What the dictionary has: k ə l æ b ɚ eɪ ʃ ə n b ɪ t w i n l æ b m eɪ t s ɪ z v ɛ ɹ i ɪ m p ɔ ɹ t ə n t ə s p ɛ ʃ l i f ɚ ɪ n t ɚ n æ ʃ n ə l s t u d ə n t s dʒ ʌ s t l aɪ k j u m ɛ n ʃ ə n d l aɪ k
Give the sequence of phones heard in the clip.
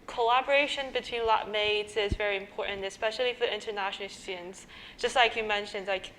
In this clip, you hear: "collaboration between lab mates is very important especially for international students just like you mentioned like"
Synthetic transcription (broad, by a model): k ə l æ b ɚ eɪ ʃ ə n b ɪ t w i n l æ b m eɪ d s ɪ z v ɛ ɹ i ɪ m p ɔ ɹ t n t ə s p ɛ ʃ l i f ɚ ɪ n t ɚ n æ ʃ n l s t u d n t s dʒ ʌ s t l aɪ k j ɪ m ɛ n ʃ ə n d l aɪ k